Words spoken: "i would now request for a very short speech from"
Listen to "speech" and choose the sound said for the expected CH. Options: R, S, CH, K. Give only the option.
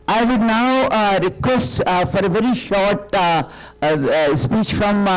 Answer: CH